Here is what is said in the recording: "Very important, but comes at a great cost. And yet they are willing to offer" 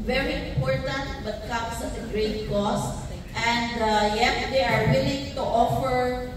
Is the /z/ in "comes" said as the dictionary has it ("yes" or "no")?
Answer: no